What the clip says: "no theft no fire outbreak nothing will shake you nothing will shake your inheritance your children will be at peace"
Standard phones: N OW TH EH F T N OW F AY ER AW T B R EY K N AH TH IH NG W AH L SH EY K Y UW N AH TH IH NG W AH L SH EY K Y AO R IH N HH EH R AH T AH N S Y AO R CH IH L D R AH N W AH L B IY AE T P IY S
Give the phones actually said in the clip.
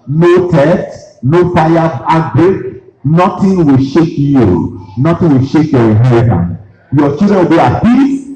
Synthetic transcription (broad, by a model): N OW T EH T N OW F AY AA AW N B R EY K N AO T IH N W AH L SH EY K Y UW N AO T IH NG W AH L SH EY K Y AO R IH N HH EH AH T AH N Y AO CH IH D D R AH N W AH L B IY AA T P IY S